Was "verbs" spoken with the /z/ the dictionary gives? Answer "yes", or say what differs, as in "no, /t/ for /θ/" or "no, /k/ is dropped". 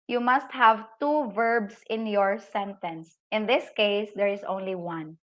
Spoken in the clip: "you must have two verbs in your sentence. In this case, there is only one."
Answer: no, /s/ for /z/